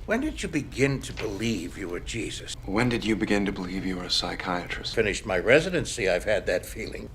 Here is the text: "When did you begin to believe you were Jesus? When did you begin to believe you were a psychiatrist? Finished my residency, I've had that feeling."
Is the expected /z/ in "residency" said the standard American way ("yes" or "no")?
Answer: yes